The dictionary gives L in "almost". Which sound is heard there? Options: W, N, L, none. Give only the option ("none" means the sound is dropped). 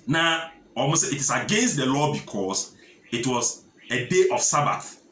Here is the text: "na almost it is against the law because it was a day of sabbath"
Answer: none